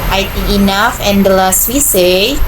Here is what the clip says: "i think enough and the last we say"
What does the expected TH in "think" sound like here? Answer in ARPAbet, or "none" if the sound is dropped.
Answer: T